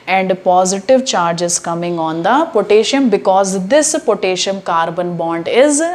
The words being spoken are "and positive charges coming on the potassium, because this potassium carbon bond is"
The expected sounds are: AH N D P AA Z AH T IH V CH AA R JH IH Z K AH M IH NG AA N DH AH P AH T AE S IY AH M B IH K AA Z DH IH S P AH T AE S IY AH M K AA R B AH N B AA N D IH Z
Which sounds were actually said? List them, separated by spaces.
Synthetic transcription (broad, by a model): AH N D P AA Z AH T IH V CH AA R JH IH Z K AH M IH NG AA N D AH P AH T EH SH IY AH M B IH K AA Z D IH S P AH T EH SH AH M K AA R B AH N B AA N D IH Z